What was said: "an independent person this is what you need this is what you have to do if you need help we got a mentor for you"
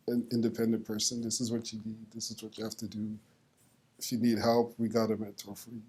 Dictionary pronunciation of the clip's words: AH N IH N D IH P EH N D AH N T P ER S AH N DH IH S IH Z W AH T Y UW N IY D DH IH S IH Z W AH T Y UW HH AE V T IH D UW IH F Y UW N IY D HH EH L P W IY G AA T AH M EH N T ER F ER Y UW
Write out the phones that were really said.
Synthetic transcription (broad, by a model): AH N IH N D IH P EH N D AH N P ER S AH N DH IH S IH Z W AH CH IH N IY D DH IH S IH Z W AH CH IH HH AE F T IH D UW IH F Y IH N IY D HH EH L P W IY G AA T AH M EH T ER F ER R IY